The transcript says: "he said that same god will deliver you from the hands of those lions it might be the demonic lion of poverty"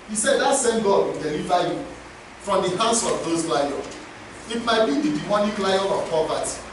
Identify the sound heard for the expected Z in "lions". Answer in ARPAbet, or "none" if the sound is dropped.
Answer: none